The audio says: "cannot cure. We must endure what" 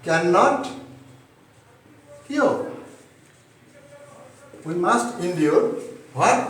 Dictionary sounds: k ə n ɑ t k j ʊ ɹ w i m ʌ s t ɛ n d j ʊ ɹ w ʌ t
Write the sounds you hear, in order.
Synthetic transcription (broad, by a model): k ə n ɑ t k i l w i m ʌ s t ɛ n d j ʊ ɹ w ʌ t